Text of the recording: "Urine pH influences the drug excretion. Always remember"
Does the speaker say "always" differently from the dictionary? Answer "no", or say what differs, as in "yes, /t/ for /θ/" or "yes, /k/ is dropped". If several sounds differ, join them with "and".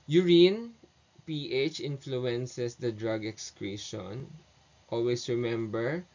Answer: yes, /s/ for /z/